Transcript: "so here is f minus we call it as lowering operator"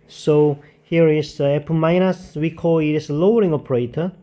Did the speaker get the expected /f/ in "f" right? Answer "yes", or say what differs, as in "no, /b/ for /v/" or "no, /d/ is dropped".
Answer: no, /p/ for /f/